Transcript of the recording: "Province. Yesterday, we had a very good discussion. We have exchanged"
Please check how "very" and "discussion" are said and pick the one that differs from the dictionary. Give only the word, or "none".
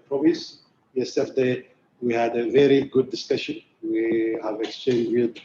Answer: none